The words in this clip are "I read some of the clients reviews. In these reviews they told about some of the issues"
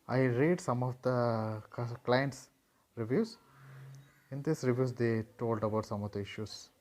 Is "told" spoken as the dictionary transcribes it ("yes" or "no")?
yes